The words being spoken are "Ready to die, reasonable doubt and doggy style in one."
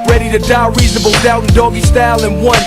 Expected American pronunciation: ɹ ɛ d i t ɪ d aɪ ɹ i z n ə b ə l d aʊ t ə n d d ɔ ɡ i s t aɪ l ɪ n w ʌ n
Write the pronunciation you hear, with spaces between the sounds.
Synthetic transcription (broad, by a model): ɹ ɛ d i t ɪ d aɪ ɹ i z n ə b ə l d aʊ ə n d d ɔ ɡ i s t aɪ l ɪ n w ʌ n